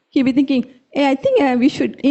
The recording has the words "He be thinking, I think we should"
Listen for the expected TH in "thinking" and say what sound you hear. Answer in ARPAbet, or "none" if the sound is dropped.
T